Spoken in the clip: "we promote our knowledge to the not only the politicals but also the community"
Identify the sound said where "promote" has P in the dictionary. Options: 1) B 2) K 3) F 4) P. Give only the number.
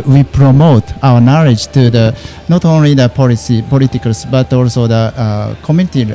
4